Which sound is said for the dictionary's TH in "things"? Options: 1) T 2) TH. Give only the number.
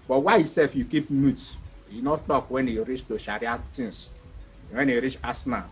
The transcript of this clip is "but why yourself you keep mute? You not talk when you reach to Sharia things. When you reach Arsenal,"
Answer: 1